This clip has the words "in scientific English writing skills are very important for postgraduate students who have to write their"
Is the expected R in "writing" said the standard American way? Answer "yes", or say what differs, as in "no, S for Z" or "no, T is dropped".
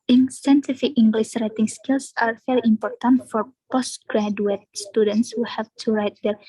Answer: yes